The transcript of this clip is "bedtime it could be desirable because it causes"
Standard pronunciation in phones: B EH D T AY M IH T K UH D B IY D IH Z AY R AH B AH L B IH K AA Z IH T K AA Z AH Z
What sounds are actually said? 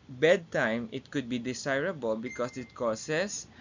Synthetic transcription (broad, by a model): B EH D T AY M IH T K UH D B IY D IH S AY R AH B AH L B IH K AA S IH T K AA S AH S